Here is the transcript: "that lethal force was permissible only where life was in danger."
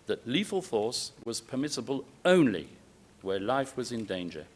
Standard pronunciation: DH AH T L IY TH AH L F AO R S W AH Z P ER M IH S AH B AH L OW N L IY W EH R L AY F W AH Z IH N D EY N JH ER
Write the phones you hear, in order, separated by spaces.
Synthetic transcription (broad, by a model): DH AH T L IY F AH L F AO R S W AH Z P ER M IH S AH B AH L OW N L IY W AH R L AY F W AH Z IH N D EY N JH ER